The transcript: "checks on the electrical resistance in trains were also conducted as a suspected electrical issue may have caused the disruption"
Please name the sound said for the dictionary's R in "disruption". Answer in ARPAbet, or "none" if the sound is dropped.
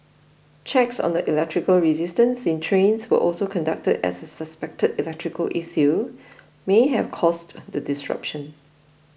R